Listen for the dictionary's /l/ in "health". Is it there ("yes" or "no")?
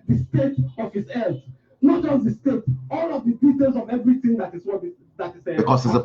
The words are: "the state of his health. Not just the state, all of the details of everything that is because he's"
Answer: no